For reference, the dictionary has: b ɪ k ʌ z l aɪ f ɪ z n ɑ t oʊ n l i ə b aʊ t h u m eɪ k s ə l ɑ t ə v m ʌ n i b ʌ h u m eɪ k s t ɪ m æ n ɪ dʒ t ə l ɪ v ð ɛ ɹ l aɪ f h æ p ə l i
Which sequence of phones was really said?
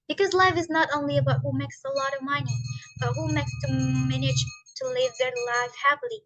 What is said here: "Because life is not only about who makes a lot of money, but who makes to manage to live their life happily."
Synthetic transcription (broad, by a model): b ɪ k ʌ z l aɪ f ɪ z n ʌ t oʊ n l i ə b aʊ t h u m eɪ k s ə l ɑ t ə v m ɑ i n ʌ h u m eɪ k s t ɪ m æ n ɪ dʒ t ə l ɪ v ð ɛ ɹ l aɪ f h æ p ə l i